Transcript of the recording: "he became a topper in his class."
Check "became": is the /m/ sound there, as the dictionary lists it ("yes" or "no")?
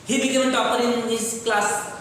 no